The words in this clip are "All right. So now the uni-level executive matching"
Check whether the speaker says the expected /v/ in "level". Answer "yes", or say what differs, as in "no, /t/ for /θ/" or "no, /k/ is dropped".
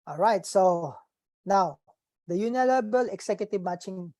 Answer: no, /b/ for /v/